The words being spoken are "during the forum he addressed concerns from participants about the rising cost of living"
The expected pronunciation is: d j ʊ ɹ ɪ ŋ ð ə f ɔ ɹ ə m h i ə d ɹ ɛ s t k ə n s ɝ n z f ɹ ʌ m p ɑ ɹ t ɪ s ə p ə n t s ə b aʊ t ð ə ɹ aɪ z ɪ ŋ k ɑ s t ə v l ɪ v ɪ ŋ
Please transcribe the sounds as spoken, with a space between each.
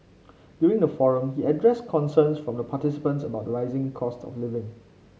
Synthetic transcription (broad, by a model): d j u ɹ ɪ ŋ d ə f ɔ ɹ ə m h i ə d ɹ ɛ s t k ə n s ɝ n s f ɹ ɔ m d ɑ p t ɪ s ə p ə n t s ə b aʊ t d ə ɹ aɪ z ɪ ŋ k ɑ s t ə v l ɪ v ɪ ŋ